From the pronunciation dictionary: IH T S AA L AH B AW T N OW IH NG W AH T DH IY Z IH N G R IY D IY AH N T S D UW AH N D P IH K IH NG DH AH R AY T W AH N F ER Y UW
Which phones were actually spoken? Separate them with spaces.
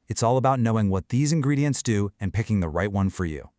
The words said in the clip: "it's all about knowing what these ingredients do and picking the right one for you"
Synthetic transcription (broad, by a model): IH T S AA L AH B AW T N OW IH NG W AH T DH IY Z IH N G R IY D IY AH N T S D UW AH N P IH K IH NG DH AH R AY T W AH N F ER Y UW